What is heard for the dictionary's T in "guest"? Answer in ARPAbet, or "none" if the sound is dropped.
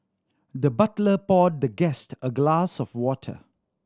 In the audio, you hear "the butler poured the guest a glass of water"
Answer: T